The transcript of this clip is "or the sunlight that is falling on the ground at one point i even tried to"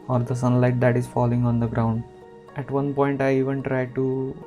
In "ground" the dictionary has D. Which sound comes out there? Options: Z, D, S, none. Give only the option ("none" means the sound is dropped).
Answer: D